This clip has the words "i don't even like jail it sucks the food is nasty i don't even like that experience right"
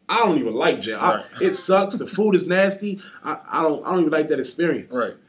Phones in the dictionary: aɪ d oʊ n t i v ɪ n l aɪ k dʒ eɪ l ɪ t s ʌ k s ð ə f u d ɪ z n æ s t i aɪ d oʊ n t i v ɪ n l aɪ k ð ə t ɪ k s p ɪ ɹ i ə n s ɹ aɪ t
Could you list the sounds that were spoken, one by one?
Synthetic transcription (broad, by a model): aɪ d oʊ n t i v ɪ n l aɪ k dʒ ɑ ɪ ɪ t s ʌ k s ð ə f u d ɪ z n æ s t i aɪ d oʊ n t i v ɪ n l aɪ k ð ə t ɪ k s p ɪ ɹ i ə n s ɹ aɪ t